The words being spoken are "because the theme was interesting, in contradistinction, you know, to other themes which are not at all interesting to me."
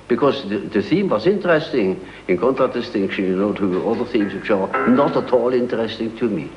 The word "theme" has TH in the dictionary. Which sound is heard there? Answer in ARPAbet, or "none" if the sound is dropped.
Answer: TH